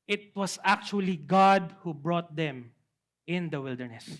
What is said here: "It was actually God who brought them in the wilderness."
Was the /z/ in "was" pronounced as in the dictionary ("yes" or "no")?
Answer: no